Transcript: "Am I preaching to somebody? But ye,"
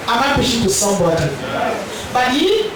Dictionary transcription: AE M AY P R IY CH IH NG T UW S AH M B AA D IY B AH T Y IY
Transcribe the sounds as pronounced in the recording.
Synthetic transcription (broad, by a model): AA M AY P IY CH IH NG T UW S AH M B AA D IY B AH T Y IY